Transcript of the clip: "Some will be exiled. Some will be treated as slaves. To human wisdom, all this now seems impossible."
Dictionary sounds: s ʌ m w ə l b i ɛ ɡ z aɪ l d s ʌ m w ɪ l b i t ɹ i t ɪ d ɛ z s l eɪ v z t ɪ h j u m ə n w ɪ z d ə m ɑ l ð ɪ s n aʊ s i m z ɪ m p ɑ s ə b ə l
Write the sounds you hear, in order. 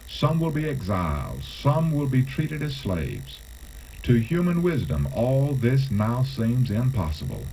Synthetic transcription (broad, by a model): s ʌ m w ə l b i ɛ ɡ z aɪ l d s ʌ m w ɪ l b i t ɹ i t ɪ d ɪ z s l eɪ v z t ɪ h j u m ə n w ɪ z d ə m ɑ l ð ɪ s n aʊ s i m z ɪ m p ɑ s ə b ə l